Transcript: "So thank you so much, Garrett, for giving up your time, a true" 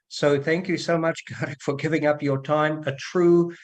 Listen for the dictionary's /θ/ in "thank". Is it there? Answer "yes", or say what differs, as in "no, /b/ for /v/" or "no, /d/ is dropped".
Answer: yes